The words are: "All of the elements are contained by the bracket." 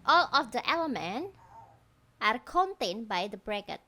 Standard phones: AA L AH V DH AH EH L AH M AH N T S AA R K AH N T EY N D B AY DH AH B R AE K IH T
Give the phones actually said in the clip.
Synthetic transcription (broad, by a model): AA L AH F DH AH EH L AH M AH N T AA R K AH N T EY N B AY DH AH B R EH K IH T